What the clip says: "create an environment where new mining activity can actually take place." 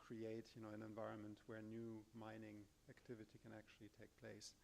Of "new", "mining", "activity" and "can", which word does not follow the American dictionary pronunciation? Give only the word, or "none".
none